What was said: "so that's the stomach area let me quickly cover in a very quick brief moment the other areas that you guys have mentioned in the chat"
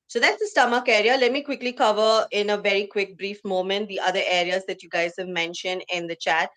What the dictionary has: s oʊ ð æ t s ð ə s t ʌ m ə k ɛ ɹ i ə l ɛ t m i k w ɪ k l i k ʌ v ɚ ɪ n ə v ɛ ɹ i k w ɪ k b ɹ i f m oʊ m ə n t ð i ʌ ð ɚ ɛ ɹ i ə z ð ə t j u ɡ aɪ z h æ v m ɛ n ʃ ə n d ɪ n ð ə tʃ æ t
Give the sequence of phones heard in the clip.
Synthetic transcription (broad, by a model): s oʊ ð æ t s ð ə s t ʌ m ə k ɛ ɹ i ə l ɛ t m i k w ɪ k l i k ʌ v ɚ ɪ n ə v ɛ ɹ i k w ɪ k b ɹ i f m oʊ m ə n t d i ʌ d ɚ ɛ ɹ i ə z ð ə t j u ɡ aɪ z h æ v m ɛ n ʃ ə n d ɪ n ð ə tʃ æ t